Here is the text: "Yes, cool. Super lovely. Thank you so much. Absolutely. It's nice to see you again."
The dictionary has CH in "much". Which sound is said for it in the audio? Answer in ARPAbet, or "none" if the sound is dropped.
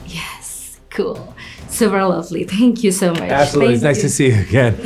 none